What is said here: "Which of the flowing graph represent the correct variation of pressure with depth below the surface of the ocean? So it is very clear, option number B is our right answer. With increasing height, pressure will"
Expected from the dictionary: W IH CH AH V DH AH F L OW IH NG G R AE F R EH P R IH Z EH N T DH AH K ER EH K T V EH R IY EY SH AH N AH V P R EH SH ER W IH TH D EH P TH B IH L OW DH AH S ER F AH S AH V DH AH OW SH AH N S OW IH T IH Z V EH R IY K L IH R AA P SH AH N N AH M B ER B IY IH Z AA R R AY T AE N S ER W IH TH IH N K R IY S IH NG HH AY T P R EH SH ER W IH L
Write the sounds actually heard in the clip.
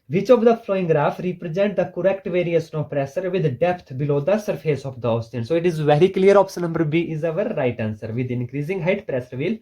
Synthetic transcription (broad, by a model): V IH CH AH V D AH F L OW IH NG G R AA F R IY P R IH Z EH N T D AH K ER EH K T V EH R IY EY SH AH N AH V P R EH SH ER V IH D D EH P T B IH L OW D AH S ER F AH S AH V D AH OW S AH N S OW IH T IH Z V EH R IY K L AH R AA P S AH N N AH M B ER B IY IH Z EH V R AY T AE N S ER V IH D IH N K R IY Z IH NG HH AY T P R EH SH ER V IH L